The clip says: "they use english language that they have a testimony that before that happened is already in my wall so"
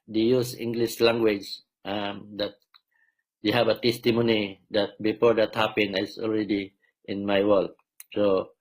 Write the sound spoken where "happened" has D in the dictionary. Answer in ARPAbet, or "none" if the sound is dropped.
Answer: none